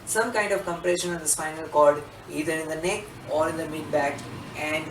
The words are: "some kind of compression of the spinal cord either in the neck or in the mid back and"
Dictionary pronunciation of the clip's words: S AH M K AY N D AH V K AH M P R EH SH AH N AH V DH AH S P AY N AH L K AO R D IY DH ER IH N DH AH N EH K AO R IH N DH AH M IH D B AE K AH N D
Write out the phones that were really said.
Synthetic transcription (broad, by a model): S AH M K AY N D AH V K AH M P R EH SH AH N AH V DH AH S F AY N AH L K AO L D IY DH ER IH N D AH N EH K AO R IH N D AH M IH D B AE K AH N D